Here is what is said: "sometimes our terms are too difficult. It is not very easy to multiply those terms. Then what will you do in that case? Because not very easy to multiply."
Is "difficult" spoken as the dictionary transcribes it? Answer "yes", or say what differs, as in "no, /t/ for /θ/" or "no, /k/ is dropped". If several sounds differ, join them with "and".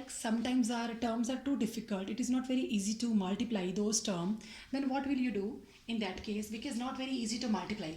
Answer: yes